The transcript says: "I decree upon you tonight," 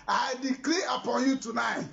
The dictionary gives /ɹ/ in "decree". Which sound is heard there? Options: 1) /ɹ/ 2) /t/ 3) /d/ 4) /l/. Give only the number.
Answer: 4